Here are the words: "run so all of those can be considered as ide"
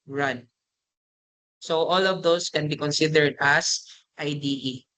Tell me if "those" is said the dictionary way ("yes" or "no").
no